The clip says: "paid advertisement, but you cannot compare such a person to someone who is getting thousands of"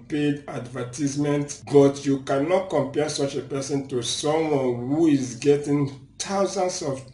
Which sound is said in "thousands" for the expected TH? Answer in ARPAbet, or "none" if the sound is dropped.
T